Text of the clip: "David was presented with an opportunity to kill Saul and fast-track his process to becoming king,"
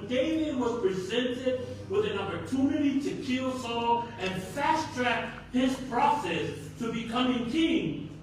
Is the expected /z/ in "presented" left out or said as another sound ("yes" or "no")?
no